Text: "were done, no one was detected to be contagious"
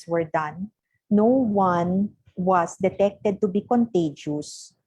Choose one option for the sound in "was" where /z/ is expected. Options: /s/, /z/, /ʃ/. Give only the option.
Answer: /s/